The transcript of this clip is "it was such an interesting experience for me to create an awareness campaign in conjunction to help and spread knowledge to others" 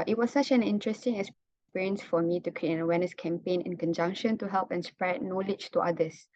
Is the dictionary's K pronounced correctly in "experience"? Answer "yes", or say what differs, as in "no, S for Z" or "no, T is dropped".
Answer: no, K is dropped